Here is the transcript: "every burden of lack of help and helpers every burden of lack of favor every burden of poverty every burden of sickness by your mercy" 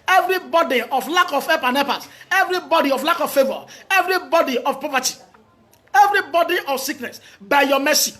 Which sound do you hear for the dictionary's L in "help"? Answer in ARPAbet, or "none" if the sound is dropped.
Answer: none